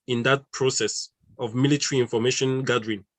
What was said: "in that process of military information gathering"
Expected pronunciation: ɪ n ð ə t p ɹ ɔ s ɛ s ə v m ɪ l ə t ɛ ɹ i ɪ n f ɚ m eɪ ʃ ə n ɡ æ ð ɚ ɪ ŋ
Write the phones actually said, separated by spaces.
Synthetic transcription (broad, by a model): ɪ n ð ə t p ɹ ɔ s ɛ s ə v m ɪ l ə t ɛ ɹ i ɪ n f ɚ m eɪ ʃ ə n ɡ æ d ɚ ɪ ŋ